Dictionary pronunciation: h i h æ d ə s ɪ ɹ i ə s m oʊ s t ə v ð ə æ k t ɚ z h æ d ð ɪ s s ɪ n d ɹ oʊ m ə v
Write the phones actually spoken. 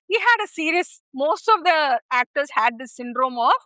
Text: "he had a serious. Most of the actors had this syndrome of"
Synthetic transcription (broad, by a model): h i h æ d ə s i ɹ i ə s m oʊ s t ə v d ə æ k t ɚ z h æ d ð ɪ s s ɪ n d ɹ oʊ m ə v